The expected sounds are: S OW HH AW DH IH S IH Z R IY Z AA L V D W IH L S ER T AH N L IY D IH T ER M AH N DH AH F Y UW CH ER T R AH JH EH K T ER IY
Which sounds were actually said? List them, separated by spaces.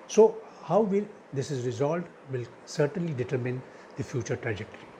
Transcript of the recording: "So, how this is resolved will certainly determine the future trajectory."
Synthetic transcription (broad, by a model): S OW HH AW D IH S IH Z R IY Z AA L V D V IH L S ER T AH N L IY D IH T ER M AH N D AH F Y UW CH ER T R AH JH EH K T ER IY